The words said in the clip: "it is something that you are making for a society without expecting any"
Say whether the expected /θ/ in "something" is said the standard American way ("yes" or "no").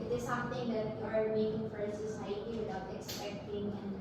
no